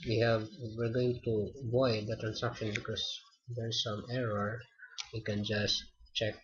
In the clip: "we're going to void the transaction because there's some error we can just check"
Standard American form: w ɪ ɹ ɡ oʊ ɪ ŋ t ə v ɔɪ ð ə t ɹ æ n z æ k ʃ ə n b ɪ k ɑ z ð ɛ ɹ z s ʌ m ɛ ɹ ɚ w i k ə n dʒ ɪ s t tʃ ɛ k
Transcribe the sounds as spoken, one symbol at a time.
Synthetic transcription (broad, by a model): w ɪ ɹ ɡ oʊ ɪ ŋ t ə v ɔɪ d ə t ɹ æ n s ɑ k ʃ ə n b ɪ k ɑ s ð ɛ ɹ s ʌ m ɛ ɹ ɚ w i k ə n dʒ ɪ s t tʃ ɛ k